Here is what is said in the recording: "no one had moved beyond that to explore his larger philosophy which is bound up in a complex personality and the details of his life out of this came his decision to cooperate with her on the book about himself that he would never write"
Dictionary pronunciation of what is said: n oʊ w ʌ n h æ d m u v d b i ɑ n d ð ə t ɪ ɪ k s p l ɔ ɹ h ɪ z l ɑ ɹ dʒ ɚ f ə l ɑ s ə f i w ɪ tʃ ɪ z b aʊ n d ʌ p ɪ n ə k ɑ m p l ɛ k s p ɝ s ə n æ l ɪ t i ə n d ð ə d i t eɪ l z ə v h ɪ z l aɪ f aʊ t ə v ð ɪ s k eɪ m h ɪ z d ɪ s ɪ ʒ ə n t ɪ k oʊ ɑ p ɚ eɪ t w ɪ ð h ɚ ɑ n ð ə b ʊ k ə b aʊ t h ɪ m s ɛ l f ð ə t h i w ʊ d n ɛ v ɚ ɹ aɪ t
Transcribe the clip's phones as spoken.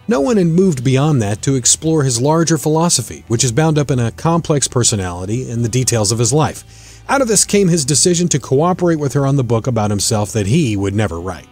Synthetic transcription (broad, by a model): n oʊ w ʌ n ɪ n m u v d b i ɑ n ð ə t ɪ ɪ k s p l ɔ ɹ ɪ z l ɑ ɹ dʒ ɚ f ə l ɑ s ə f i w ɪ tʃ ɪ z b aʊ n d ʌ p ɪ n ə k ɑ m p l ɛ k s p ɝ s ə n æ l ɪ t i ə n ð ə d i t eɪ l z ə v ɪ z l aɪ f aʊ t ə v ð ɪ s k eɪ m ɪ z d ɪ s ɪ ʒ ə n t ɪ k oʊ ɑ p ɚ eɪ t w ɪ ð ɚ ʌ n ð ə b ʊ k ə b aʊ t h ɪ m s ɛ l f ð ə t h i w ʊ d n ɛ v ɚ ɹ aɪ t